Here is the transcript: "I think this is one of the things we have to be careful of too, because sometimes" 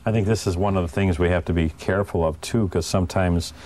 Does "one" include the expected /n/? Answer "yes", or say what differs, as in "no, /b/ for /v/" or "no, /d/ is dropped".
yes